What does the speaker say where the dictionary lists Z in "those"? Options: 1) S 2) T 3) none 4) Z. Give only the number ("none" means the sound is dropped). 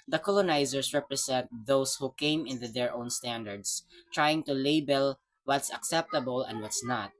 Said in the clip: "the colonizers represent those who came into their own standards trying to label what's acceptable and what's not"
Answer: 1